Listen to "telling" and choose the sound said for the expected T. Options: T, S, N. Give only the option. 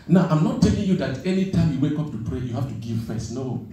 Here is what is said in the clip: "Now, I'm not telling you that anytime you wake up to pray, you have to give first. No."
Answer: T